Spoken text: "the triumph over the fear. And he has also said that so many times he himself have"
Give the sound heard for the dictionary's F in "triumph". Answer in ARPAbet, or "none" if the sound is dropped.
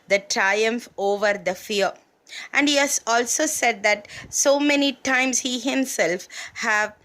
F